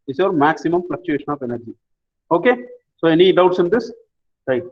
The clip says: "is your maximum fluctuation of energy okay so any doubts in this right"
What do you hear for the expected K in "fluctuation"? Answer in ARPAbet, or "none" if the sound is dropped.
K